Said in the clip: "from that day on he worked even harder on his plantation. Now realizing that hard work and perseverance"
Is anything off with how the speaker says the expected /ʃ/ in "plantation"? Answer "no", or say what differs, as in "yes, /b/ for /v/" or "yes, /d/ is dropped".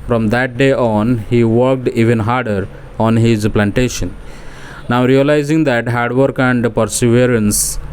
no